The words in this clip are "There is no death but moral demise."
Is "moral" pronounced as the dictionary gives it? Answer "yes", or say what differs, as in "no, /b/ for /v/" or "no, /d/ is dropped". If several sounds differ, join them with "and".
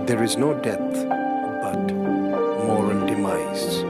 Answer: no, /n/ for /l/